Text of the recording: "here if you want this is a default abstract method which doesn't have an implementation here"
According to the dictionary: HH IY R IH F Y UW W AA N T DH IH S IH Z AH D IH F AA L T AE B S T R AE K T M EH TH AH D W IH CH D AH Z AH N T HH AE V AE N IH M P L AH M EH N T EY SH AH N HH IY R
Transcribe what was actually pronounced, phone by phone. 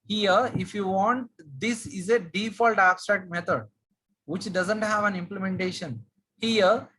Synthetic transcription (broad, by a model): HH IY R IH F Y UW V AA N T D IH S IH Z AH D IH F AA L T AE B S T R AE K T M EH T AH D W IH CH D AH Z AH N T HH AE V AE N IH M P L AH M EH N T EY SH AH N HH IY R